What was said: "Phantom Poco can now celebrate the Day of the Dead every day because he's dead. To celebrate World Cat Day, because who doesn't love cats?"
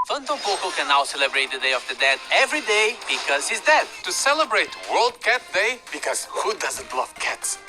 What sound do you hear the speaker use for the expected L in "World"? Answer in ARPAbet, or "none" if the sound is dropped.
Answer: L